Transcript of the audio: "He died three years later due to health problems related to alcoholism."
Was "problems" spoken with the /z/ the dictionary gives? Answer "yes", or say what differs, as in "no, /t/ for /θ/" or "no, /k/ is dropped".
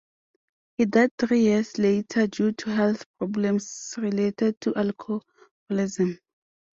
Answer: no, /s/ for /z/